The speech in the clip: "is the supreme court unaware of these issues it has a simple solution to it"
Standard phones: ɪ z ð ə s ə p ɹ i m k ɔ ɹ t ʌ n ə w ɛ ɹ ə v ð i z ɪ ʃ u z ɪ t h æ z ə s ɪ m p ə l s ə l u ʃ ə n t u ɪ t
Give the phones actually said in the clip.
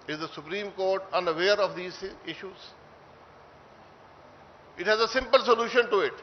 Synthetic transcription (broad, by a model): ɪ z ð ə s ə p ɹ i m k ɔ ɹ t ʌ n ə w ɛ ɹ ə v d i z ɪ ʃ u z ɪ t h æ z ə s ɪ m p ə l s ə l u ʃ ə n t u ɪ t